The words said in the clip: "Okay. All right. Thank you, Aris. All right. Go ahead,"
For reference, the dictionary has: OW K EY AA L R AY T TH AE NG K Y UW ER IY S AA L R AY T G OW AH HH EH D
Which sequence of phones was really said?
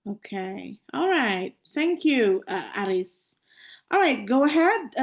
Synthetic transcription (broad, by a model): OW K EY AA L R AY T TH AE NG K Y UW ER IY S AA L R AY T G OW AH HH EH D